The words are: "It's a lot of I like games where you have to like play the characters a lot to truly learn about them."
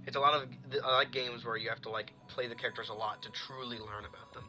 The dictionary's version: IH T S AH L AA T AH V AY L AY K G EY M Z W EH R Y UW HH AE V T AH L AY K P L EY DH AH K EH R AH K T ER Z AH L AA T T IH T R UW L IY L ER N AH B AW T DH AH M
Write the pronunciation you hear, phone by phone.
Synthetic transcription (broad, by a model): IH T S AH L AA T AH V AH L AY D G EY M Z W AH R Y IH HH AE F T AH L AY K P L EY DH AH K EH R AH K T ER Z AH L AA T T IH T R UW L IY L ER N AH B AW T DH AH M